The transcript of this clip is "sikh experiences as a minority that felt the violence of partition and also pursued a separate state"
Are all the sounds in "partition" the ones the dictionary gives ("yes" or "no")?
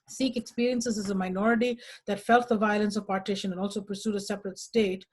yes